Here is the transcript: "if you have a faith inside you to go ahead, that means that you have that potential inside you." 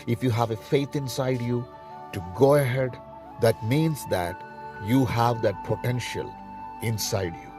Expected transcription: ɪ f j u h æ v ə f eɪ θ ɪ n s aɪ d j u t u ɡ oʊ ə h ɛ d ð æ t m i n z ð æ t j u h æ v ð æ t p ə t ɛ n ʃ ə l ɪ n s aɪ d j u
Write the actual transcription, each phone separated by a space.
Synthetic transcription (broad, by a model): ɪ f j u h æ v ə f eɪ t ɪ n s aɪ d j u t u ɡ oʊ ə h ɛ d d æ t m i n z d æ t j u h æ v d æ t p ə t ɛ n ʃ ə l ɪ n s aɪ d j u